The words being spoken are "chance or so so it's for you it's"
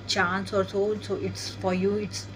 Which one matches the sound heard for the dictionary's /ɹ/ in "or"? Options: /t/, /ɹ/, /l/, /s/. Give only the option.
/ɹ/